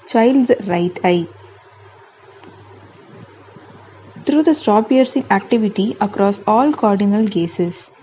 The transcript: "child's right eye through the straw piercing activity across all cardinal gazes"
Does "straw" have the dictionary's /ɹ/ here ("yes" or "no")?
no